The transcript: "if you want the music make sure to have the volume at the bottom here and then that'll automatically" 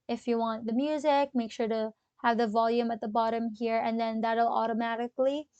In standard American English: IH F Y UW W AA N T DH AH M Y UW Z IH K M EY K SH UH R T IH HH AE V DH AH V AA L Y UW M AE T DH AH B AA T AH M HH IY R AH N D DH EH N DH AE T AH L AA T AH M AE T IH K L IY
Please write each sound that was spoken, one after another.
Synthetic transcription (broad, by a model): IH F Y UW W AA N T DH AH M Y UW Z IH K M EY K SH UH R T IH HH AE V DH AH V AA L Y UW M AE T DH AH B AA T AH M HH IY R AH N DH EH N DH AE T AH L AA T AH M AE T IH K L IY